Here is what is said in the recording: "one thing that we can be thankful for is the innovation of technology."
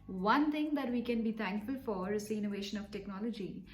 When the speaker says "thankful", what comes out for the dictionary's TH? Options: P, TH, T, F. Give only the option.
T